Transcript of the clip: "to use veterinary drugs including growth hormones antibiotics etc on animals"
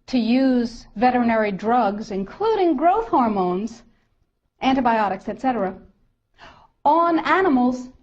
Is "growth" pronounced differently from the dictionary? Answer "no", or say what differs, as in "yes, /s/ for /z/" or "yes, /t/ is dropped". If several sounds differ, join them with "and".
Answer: no